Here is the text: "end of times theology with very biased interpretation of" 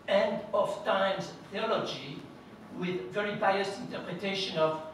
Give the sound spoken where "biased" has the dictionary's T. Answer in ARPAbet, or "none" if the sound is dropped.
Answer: none